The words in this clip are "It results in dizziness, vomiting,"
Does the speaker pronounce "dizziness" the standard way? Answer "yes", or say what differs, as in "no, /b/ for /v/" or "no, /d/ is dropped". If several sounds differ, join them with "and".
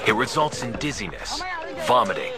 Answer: yes